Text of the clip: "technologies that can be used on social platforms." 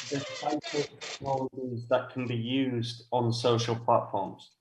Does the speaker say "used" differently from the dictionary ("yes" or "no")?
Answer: no